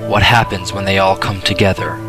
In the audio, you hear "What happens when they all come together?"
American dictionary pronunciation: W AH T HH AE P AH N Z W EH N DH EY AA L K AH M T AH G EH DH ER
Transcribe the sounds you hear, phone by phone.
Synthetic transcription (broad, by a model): W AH T HH AE P AH N Z W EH N DH EY AA L K AH M T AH G EH DH ER